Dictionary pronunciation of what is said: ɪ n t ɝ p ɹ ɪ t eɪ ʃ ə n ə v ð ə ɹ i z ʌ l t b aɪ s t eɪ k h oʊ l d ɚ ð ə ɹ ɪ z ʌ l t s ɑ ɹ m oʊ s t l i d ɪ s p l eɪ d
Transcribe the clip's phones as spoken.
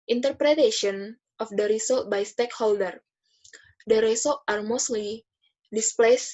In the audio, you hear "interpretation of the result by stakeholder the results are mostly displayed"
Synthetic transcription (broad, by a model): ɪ n t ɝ p ɹ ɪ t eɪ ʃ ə n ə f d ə ɹ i s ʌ l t b aɪ s t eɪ k h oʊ l d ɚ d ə ɹ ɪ s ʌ l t ɑ ɹ m oʊ s t l i d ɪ s p l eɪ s